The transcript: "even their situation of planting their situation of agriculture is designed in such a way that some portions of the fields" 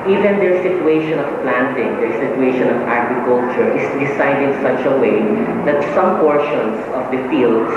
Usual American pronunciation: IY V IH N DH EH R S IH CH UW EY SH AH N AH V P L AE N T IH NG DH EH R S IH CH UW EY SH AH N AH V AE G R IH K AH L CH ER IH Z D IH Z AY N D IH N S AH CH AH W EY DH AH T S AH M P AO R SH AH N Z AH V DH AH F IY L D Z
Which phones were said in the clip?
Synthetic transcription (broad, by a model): IY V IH N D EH R S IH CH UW EY SH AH N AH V P L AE N T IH NG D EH R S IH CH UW EY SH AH N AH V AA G R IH K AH L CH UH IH S D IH S AY D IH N S AH CH AH W EY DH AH T S AH M P AO R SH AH N S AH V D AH F IY L D